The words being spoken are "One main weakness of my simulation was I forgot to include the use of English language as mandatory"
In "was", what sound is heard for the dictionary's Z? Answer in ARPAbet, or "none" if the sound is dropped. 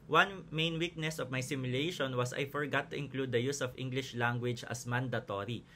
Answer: S